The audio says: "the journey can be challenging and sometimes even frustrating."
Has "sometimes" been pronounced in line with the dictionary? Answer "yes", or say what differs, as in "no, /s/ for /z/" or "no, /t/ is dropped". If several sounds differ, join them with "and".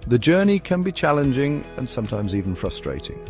yes